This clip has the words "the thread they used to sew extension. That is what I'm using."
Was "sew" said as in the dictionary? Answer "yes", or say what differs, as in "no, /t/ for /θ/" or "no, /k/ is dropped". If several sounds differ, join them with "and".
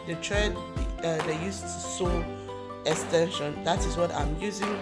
yes